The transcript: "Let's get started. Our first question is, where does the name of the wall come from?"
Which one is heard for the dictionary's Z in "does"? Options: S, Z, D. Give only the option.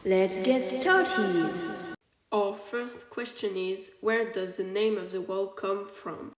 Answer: Z